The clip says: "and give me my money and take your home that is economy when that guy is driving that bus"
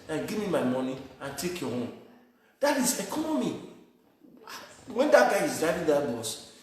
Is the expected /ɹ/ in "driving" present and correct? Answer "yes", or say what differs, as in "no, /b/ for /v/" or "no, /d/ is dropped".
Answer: no, /ɹ/ is dropped